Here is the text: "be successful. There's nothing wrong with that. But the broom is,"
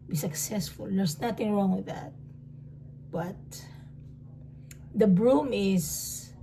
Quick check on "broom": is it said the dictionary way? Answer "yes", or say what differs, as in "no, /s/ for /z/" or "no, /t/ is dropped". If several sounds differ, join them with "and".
yes